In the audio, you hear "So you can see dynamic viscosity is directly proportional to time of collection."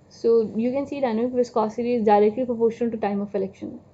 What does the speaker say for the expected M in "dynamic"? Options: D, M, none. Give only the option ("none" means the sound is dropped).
none